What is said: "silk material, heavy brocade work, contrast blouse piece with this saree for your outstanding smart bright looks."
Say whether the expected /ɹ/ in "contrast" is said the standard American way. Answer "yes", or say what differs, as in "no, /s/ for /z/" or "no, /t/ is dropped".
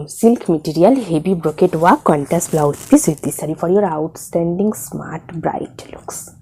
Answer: no, /ɹ/ is dropped